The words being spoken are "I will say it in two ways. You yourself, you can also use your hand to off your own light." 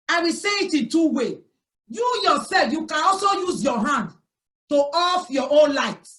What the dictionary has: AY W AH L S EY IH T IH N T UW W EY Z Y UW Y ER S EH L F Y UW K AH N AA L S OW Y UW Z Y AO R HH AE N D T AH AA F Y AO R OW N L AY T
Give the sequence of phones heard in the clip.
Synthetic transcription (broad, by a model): AY W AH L S EY IH T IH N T UW W EY Y UW Y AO S EH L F Y UW K AH N AA L S OW Y UW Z Y AO HH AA N D T AH AA F Y AO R OW N L AY T